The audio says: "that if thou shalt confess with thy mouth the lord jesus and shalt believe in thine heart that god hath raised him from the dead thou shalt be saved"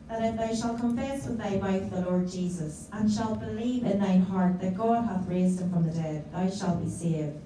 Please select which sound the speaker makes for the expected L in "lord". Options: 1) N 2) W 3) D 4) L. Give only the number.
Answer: 4